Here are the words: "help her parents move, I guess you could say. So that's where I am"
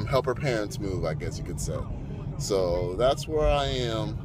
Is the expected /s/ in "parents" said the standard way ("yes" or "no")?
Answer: no